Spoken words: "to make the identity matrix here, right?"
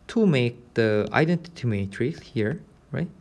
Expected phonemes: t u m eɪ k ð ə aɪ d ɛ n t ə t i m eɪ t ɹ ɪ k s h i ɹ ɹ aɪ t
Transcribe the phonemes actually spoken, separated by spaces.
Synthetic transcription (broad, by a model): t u m eɪ k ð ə aɪ d ɛ n t ə t i m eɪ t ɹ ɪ s h i ɹ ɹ aɪ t